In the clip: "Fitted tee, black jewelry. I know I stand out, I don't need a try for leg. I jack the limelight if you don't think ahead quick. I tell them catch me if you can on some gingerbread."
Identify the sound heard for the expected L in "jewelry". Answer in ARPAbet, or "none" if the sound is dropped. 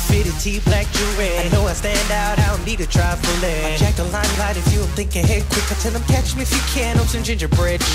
none